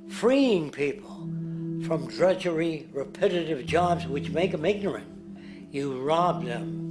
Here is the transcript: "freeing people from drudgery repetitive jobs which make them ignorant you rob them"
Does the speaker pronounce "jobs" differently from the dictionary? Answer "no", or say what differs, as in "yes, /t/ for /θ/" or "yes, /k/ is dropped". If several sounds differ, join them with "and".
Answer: no